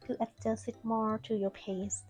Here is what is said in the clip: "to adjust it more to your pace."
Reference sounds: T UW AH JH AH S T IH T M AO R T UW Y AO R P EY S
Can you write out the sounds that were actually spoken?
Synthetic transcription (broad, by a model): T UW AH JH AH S IH T M AO R T UW Y AO R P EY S